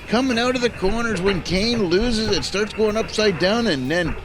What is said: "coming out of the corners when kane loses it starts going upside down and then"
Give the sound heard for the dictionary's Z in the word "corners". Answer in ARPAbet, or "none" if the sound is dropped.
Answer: Z